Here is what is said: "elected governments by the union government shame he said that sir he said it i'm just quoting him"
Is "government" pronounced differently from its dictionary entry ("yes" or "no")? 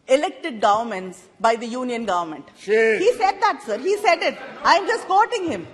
no